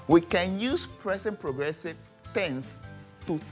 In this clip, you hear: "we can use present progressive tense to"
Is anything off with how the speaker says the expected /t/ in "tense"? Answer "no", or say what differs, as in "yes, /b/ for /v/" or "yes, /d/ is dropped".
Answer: no